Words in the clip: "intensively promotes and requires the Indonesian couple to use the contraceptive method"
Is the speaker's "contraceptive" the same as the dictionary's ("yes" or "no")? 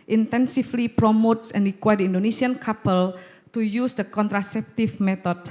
no